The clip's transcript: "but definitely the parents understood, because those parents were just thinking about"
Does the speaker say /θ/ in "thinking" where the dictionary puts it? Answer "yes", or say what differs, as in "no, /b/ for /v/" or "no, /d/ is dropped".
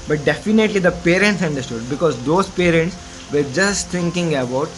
no, /t/ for /θ/